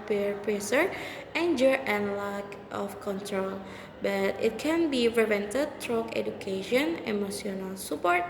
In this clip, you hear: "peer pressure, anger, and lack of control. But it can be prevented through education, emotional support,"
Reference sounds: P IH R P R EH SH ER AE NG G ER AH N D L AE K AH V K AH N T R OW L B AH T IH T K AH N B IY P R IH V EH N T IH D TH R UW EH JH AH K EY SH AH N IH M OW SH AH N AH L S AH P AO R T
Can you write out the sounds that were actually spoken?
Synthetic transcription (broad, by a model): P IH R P R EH S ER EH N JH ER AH N L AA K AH F K AH N T R OW L B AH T IH T K AH N B IY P R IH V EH N T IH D T R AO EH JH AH K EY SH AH N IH M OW S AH N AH L S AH P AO R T